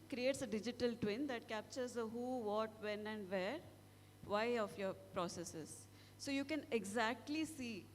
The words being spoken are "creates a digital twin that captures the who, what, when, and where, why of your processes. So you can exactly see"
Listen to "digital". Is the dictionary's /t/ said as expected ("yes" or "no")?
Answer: yes